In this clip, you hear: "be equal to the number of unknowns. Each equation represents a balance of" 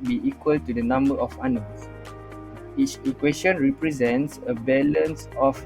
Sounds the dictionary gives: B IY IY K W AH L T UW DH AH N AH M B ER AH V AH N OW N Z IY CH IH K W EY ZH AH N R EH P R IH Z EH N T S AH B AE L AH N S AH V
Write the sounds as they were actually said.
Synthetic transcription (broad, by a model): B IY IY K W AH L T UW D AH N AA M B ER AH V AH N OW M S IY CH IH K W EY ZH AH N R EH P R IH Z EH N T S AH B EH L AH N S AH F